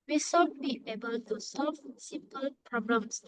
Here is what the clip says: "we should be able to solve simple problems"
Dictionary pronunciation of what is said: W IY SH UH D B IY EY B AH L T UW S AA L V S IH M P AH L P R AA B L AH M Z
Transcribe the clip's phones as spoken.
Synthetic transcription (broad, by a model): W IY S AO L B IY EY B AH L T UW S AA L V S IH P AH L P R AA B L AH M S